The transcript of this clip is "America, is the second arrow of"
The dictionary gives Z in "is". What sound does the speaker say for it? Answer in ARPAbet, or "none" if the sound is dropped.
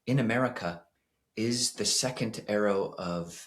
Z